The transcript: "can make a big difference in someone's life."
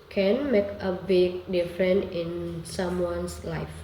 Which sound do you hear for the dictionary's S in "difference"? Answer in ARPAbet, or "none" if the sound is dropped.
none